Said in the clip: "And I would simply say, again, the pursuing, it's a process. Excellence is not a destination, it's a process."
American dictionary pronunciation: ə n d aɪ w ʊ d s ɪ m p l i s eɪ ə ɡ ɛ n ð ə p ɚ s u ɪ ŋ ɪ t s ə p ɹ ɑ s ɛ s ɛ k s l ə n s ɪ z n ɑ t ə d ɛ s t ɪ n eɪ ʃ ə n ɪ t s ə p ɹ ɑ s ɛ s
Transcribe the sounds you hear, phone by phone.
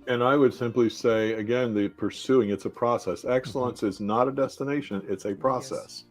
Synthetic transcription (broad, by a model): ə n aɪ w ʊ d s ɪ m p l i s eɪ ə ɡ ɛ n ð ə p ɚ s u ɪ ŋ ɪ t s ə p ɹ ɑ s ɛ s ɛ k s l ə n s ɪ z n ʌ t ə d ɛ s t ɪ n eɪ ʃ ə n ɪ t s ə p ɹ ɑ s ɛ s